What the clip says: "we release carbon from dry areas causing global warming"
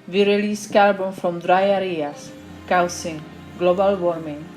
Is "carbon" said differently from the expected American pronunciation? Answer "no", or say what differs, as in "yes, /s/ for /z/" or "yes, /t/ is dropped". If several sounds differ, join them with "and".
yes, /l/ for /ɹ/